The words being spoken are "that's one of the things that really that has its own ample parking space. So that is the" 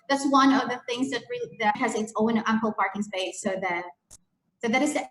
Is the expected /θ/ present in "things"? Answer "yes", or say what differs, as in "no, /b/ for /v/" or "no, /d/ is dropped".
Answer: yes